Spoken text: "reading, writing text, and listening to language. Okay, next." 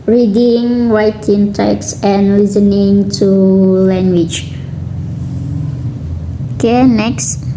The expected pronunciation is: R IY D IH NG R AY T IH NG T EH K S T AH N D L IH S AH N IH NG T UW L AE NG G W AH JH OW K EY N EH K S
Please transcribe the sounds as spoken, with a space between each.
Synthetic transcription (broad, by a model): R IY D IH NG W AY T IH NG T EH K S AH N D L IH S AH N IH NG T UW L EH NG G W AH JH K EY N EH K S